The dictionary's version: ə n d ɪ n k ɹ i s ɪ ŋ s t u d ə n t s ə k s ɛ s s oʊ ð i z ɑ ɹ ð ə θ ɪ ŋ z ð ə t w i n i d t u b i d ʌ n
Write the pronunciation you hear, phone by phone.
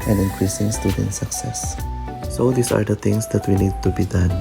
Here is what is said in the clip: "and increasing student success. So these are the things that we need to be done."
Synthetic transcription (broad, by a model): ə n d ɪ n k ɹ i s ɪ ŋ s t u d ə n t s ə k s ɛ s s oʊ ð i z ɑ ɹ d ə t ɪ ŋ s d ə t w i n i d t u b i d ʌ n